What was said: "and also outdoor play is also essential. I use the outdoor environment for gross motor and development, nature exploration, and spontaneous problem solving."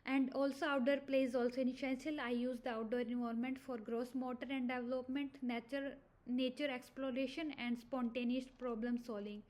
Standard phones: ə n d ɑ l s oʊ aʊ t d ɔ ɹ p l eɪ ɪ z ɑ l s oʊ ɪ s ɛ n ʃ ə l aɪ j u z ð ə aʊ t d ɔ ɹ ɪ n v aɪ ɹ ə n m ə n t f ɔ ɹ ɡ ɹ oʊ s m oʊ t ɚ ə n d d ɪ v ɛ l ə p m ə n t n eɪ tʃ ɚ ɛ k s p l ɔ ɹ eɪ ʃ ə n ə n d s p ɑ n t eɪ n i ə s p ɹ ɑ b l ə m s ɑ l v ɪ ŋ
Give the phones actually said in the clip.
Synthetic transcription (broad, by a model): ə n d ɑ l s oʊ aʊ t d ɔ ɹ p l eɪ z ɑ l s oʊ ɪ ʃ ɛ n s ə l aɪ j u z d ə aʊ t d ɔ ɹ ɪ n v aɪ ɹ m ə n t f ɔ ɹ ɡ ɹ oʊ s m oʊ t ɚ ə n d d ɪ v l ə p m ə n t n eɪ tʃ ɚ ɛ k s p l ɔ ɹ eɪ ʃ ə n ə n d s p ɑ n t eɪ n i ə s p ɹ ɑ b l ə m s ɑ l v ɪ ŋ